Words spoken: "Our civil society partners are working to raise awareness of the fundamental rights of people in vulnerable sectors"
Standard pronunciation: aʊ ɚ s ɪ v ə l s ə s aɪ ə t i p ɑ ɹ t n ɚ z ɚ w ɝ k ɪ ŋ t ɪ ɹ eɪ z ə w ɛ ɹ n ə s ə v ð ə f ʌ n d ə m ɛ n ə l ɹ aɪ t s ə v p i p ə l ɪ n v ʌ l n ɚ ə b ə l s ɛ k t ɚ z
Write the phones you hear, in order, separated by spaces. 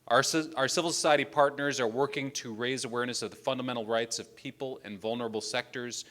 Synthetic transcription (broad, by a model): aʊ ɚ s ɪ v l s ə s aɪ ə t i p ɑ ɹ t n ɚ z ɚ w ɝ k ɪ ŋ t ɪ ɹ eɪ z ə w ɛ ɹ n ə s ə v ð ə f ʌ n d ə m ɛ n l ɹ aɪ t s ə v p i p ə l ɪ n v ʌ l n ɚ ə b l s ɛ k t ɚ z